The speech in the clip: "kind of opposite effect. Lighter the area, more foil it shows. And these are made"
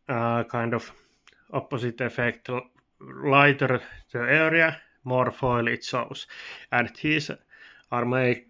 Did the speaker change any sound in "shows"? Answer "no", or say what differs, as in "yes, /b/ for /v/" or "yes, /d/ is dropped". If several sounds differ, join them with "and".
yes, /s/ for /ʃ/ and /s/ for /z/